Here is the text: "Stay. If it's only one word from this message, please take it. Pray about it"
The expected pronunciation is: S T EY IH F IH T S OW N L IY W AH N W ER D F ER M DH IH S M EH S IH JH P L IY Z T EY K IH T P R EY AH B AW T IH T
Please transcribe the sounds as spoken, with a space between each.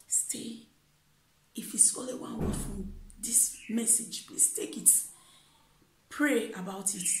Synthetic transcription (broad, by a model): S T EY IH F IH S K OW L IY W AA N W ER F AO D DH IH S M EH S IH JH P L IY S T EY K IH T P R EY AH B AW T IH T